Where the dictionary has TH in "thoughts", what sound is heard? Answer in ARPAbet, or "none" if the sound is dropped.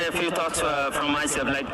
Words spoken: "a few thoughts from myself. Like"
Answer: T